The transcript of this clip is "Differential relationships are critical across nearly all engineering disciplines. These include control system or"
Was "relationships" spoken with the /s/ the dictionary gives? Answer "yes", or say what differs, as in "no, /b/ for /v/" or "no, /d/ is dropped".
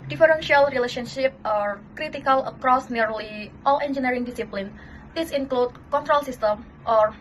no, /s/ is dropped